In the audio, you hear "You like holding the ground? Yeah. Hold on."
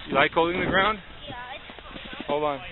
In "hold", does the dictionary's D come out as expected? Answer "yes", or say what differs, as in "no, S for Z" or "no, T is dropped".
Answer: no, D is dropped